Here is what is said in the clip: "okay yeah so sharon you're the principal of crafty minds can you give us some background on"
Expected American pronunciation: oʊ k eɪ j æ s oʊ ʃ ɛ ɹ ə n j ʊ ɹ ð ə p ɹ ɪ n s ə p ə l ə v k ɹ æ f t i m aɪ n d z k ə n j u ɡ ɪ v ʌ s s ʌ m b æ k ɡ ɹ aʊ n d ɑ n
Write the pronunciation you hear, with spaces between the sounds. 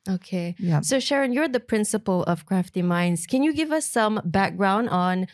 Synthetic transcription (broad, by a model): oʊ k eɪ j s oʊ ʃ ɛ ɹ ə n j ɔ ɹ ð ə p ɹ ɪ n s ə p ə l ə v k ɹ æ f t i m aɪ n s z k ə n j u ɡ ɪ v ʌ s s ʌ m b æ k ɡ ɹ aʊ n d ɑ n